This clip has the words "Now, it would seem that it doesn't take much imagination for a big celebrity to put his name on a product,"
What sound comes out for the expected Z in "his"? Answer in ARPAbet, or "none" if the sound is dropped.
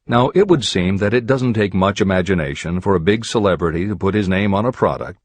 Z